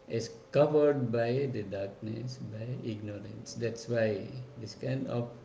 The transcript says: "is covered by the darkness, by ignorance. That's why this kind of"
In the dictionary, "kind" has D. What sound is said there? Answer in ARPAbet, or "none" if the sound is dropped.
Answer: D